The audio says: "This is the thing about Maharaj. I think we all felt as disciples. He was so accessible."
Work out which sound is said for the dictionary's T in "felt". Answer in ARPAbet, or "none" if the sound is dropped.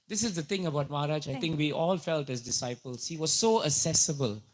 T